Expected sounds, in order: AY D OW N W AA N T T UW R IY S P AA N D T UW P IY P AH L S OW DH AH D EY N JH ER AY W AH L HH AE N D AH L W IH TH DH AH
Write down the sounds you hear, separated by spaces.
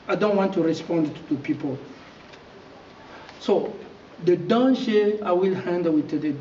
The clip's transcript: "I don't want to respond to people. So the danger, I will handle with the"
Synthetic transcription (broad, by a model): AY D OW N W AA N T T UW R IY S P AA N D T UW P IY P AH L S OW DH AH D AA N SH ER AY W AH L HH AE N D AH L W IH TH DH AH